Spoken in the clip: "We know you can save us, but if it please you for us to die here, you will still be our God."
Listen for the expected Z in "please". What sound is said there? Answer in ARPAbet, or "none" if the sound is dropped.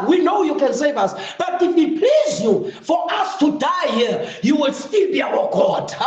Z